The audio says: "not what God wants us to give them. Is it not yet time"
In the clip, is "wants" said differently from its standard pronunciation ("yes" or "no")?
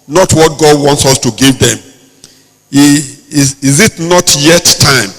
no